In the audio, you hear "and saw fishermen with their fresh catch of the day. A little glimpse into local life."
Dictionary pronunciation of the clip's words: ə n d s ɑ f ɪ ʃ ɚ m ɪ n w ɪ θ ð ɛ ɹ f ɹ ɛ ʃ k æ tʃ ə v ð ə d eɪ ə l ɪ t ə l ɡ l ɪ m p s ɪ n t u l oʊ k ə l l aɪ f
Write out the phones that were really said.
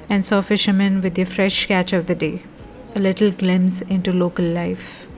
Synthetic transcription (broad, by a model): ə n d s ɑ f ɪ ʃ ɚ m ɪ n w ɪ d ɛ f ɹ ɛ ʃ k æ tʃ ə v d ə d eɪ ə l ɪ t ə l ɡ l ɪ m s ɪ n t u l oʊ k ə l l aɪ f